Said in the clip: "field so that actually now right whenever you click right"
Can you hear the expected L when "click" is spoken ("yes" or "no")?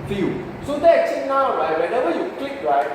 yes